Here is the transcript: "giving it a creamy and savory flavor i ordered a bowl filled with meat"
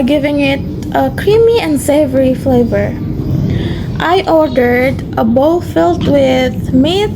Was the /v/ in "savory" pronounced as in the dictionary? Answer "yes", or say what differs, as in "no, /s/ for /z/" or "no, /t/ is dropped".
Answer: yes